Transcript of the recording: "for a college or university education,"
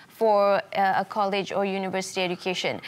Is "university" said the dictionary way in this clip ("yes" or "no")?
yes